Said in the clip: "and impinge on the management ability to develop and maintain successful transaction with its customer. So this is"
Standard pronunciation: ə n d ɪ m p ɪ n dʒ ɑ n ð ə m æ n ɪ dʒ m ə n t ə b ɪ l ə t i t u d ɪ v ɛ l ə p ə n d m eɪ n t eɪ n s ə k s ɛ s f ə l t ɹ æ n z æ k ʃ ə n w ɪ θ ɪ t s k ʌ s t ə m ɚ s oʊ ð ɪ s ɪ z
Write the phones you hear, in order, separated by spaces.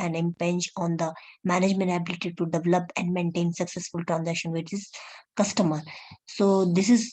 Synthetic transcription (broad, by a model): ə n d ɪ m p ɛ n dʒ ɑ n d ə m æ n ɪ dʒ m ə n t ə b ɪ l ə t i t u d ɪ v ɛ l ə p ə n d m eɪ n t eɪ n s ə k s ɛ s f ə l t ɹ æ n z æ k ʃ ə n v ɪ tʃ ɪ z k ʌ s t ə m ɚ s oʊ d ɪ s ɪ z